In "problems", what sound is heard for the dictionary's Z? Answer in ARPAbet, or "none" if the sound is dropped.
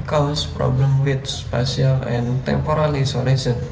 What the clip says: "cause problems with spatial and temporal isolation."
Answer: none